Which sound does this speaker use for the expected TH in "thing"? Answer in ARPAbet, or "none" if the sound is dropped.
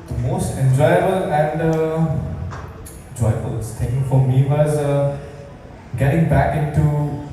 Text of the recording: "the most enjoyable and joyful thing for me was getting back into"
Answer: S